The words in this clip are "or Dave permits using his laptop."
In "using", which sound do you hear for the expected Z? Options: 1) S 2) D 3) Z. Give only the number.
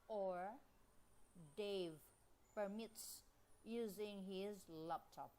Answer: 3